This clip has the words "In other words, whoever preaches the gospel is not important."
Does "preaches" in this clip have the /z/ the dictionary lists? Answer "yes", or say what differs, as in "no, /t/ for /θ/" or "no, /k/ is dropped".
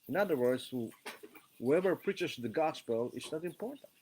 no, /s/ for /z/